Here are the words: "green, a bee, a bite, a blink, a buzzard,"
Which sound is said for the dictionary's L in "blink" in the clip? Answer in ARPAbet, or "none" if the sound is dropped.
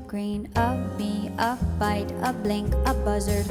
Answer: L